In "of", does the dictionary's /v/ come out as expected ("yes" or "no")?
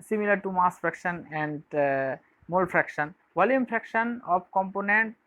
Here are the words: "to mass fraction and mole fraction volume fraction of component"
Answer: no